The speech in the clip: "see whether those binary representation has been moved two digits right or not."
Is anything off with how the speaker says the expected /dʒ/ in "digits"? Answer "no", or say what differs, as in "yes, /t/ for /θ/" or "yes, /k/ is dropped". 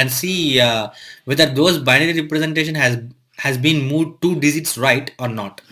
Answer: yes, /z/ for /dʒ/